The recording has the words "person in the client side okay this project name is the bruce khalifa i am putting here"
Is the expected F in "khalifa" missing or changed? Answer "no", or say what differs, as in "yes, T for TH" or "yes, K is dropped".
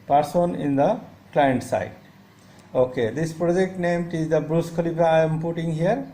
yes, P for F